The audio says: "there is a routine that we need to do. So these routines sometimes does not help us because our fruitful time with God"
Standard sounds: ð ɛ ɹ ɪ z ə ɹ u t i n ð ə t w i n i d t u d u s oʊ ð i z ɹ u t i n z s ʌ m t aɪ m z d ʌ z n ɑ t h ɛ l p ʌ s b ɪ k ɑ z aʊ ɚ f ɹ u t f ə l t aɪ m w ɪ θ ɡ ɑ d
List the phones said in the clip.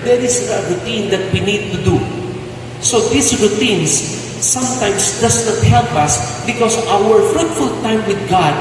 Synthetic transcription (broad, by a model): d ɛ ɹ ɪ s ə ɹ u t i n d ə t w i n i d t u d u s oʊ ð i s ɹ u t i n s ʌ m t aɪ m s d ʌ s n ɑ t h ɛ l p ʌ s b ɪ k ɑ s aʊ ɚ f ɹ u t f ə l t aɪ m w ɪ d ɡ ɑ d